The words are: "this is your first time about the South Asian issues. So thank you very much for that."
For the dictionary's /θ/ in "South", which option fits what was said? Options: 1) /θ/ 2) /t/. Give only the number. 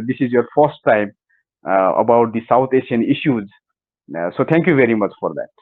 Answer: 2